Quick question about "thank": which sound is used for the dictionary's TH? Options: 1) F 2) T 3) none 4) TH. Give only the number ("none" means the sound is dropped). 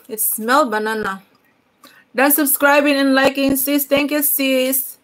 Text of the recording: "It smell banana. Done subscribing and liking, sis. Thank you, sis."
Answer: 2